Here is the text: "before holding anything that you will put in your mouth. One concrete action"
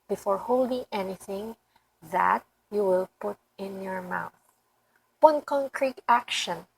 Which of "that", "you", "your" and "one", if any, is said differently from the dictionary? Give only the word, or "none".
none